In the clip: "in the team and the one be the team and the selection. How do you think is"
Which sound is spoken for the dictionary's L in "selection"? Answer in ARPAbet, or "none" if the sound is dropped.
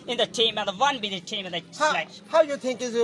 none